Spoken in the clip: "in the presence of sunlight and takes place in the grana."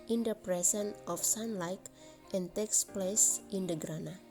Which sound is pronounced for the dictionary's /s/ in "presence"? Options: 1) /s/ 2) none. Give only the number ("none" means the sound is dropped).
2